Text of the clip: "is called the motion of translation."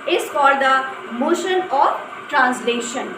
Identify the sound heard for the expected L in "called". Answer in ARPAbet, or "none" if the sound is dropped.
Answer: none